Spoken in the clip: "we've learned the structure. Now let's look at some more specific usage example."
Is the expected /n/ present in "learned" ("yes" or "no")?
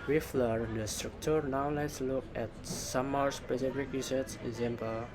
no